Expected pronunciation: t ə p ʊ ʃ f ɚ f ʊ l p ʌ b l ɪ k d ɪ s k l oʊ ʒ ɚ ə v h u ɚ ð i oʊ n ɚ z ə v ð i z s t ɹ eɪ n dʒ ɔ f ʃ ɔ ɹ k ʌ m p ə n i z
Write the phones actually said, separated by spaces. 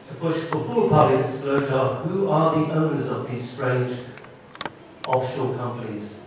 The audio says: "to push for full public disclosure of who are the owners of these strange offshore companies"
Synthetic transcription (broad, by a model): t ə b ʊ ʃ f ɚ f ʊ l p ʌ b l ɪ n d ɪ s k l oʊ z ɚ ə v h u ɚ ð i oʊ n ɚ z ə v ð i z s t ɹ eɪ n dʒ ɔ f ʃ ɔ l k ʌ m p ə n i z